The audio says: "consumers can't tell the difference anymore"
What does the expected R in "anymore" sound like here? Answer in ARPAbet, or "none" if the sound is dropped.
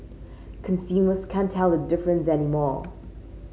R